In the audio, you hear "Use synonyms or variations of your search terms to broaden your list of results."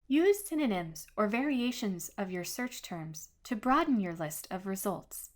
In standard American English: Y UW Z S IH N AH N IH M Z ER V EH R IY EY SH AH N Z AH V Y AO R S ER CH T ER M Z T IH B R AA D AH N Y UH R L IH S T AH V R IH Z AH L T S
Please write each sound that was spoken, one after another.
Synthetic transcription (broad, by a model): Y UW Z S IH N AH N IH M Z ER V EH R IY EY SH AH N Z AH V Y AO R S ER CH T ER M Z T IH B R AA D N Y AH R L IH S T AH V R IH Z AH L T S